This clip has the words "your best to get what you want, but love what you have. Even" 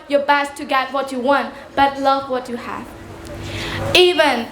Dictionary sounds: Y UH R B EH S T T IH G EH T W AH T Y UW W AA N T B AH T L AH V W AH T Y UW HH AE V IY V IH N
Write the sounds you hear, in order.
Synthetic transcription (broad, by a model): Y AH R B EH S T T IH G EH T W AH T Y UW W AA N T B AH T L AH V W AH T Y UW HH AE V IY V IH N